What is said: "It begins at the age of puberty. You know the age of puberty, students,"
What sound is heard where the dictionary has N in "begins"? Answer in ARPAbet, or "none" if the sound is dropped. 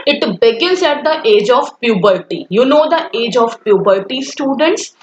none